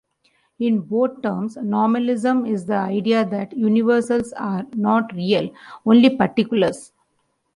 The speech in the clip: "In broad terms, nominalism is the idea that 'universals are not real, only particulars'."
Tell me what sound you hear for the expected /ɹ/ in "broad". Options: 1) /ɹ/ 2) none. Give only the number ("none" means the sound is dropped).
2